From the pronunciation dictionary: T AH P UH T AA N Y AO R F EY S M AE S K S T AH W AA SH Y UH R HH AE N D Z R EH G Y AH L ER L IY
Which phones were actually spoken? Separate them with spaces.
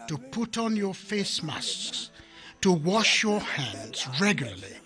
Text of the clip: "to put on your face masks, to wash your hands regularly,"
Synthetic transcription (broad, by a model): T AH P UH T N Y AO R F EY S M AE S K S T AH W AA SH Y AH R HH AE N D Z R EH G Y L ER L IY